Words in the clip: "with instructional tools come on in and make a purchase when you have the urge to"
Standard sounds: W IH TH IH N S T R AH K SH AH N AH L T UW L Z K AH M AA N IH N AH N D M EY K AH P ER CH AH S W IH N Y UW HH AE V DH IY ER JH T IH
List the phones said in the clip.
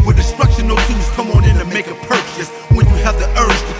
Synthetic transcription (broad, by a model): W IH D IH S T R AH K SH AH N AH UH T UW Z K AH M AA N IH N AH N M EY K AH P ER CH AH S W IH N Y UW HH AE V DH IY ER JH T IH